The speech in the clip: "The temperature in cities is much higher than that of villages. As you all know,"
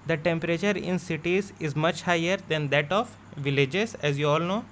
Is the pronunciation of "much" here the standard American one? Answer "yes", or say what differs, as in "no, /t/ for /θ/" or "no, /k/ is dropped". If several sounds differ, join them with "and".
yes